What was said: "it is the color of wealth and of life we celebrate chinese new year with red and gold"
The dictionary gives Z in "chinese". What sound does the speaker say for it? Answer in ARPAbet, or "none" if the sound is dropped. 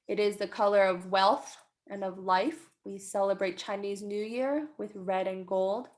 Z